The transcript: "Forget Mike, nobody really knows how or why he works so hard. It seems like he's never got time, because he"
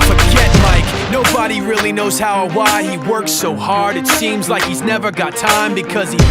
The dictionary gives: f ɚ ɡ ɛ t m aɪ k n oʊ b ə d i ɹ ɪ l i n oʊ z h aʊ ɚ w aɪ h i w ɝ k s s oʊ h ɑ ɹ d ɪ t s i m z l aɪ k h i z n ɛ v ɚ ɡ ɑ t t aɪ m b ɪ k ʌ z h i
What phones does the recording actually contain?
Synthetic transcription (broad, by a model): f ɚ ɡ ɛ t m aɪ k n oʊ b ə d i ɹ ɪ l i n oʊ z h aʊ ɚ w aɪ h i w ɝ k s s oʊ h ɑ ɹ d ɪ t s i m z l aɪ k h i z n ɛ v ɚ ɡ ɑ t t aɪ m b ɪ k ʌ z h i